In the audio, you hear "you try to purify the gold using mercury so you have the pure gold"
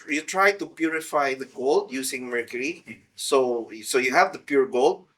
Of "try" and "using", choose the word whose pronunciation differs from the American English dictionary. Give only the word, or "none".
using